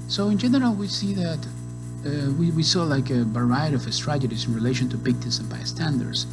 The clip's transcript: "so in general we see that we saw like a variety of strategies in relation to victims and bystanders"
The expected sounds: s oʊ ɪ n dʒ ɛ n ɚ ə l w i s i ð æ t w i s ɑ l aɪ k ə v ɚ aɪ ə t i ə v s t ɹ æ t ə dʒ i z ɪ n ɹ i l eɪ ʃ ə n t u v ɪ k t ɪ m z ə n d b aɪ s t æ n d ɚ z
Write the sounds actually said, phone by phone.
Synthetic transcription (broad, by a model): s oʊ ɪ n dʒ ɛ n ɚ ə l w i s i ð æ t w i s ɑ l aɪ k ə b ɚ aɪ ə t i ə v s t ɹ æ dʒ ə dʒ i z ɪ n ɹ i l eɪ ʃ ə n t u p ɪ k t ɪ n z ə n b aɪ s t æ n d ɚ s